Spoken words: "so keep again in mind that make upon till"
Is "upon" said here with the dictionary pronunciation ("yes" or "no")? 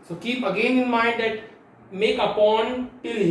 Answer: yes